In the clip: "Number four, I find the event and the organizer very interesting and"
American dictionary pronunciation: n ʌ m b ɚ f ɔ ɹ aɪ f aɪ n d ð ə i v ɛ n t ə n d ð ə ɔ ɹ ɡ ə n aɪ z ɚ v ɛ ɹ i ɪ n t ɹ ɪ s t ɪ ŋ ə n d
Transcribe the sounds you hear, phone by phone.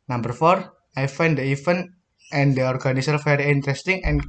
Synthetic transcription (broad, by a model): n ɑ m b ɚ f ɔ ɹ aɪ f aɪ n d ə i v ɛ n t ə n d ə ɔ ɹ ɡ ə n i s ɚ f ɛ ɹ i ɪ n t ɹ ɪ s t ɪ ŋ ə n